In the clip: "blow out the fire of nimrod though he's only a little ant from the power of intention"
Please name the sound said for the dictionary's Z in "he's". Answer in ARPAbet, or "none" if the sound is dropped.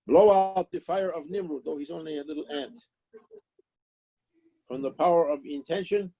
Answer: Z